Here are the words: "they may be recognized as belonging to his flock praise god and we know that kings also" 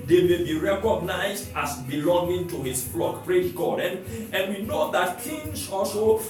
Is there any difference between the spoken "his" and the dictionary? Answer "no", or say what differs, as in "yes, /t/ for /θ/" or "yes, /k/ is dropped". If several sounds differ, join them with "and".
yes, /s/ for /z/